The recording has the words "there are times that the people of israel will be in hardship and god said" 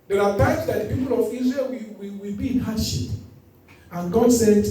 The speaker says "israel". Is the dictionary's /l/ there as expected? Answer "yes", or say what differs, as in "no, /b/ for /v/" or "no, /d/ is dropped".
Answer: no, /w/ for /l/